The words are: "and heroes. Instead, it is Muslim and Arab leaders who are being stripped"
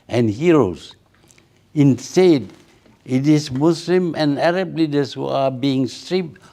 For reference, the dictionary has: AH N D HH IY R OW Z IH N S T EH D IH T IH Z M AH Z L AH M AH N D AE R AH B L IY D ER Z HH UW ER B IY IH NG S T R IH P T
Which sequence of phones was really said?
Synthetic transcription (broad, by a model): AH N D HH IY R OW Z IH N S T EH D IH T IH S M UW S L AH M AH N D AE R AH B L IY D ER S HH UW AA B IY IH NG S T R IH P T